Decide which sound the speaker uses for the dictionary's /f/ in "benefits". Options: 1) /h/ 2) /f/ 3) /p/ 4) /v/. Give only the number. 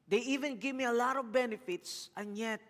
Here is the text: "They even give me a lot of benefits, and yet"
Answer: 2